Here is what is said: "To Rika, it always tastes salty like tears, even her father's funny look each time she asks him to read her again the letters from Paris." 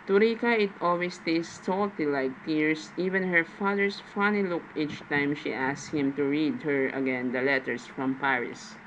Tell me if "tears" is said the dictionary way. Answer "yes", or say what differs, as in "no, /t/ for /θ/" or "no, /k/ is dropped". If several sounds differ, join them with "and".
no, /s/ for /z/